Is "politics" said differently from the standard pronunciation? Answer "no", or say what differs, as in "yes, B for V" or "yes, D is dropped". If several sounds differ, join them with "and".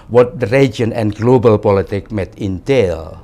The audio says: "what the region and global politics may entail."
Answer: yes, S is dropped